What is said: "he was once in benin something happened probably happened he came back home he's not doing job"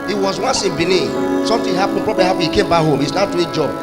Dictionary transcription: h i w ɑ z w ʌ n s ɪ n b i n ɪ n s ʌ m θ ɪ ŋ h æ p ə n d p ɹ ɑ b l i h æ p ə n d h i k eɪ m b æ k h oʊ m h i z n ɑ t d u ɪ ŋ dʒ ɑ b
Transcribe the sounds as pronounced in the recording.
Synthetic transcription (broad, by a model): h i w ɑ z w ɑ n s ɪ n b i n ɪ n s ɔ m t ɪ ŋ h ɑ p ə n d p ɹ ɑ b l i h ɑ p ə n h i k eɪ m b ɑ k h oʊ m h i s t ɑ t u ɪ dʒ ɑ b